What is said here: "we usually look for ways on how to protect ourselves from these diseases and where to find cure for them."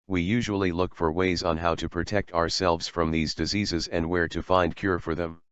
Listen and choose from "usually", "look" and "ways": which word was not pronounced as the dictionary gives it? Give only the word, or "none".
none